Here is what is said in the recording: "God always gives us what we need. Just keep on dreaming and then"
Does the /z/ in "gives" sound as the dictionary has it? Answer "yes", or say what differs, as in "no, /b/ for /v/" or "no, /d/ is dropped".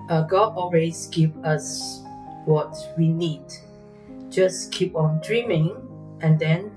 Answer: no, /z/ is dropped